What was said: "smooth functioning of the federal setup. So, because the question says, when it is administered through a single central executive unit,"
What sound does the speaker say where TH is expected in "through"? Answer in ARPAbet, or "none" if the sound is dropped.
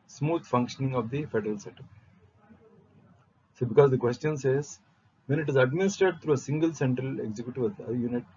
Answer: T